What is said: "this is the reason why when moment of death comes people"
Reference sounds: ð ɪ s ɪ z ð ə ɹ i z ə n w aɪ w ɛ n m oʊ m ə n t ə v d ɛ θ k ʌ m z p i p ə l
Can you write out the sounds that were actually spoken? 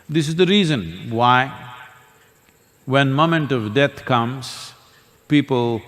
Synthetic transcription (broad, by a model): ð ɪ s ɪ z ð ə ɹ i z ə n w aɪ w ɛ n m oʊ m ə n t ə v d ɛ t k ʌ m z p i p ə l